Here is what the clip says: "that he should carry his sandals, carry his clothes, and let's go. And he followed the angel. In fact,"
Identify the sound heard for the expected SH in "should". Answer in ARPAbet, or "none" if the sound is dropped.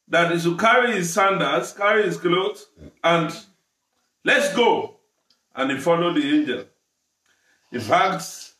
S